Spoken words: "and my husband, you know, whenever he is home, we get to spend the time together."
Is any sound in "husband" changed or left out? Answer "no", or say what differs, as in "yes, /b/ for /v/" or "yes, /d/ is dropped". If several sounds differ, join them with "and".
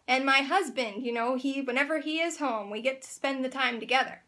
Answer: no